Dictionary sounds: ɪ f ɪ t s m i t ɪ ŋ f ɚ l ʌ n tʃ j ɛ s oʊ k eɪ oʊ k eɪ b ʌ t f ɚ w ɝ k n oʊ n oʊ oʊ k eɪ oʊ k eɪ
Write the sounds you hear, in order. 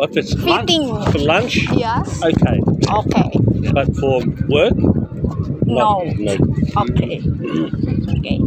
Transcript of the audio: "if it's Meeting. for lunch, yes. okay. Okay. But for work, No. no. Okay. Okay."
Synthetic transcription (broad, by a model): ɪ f ɪ t s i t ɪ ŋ f ɚ l ʌ n tʃ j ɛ oʊ k eɪ oʊ k eɪ b ʌ t f ɚ w ɝ k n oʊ n oʊ oʊ k eɪ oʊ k eɪ